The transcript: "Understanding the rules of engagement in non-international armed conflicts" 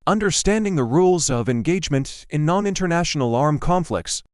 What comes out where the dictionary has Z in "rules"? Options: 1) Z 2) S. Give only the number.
1